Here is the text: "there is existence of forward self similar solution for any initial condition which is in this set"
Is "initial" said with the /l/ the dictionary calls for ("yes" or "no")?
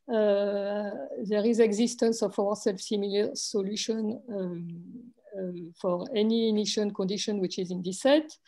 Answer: no